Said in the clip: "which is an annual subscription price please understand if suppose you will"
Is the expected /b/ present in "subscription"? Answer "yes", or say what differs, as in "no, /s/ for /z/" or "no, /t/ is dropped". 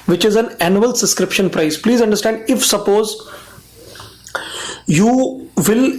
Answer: no, /b/ is dropped